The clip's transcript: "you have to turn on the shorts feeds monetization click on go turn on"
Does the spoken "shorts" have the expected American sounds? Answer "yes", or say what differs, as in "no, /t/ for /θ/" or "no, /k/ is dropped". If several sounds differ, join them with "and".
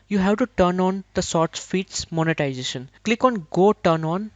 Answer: no, /s/ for /ʃ/